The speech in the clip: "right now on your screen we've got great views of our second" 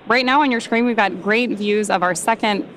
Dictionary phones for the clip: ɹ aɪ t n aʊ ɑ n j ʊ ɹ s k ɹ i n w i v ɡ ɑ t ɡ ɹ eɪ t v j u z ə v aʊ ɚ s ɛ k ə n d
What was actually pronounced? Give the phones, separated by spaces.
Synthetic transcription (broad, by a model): ɹ aɪ t n aʊ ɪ n j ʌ ɹ s k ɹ i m w i v ɡ ɑ t ɡ ɹ eɪ t v j u z ə v aʊ ɚ s ɛ k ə n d